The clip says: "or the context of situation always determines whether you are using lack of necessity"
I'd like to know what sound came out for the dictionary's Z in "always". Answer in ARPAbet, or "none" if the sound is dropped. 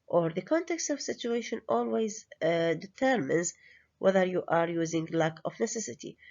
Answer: Z